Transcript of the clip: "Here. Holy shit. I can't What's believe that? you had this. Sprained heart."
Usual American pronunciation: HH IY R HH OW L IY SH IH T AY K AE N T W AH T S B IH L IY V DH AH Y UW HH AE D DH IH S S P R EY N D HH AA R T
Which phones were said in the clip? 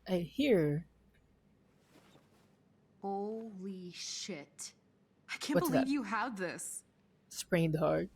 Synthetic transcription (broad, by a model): HH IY R HH OW L IY SH IH T AY K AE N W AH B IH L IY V Y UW HH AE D DH IH S S P R EY N D HH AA R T